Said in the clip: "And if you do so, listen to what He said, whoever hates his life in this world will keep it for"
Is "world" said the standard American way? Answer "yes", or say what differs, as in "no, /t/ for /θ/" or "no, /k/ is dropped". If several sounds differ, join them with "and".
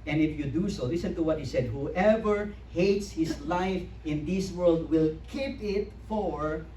yes